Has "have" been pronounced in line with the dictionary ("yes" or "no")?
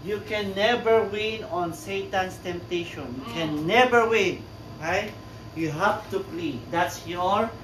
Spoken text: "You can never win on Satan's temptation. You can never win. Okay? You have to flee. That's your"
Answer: no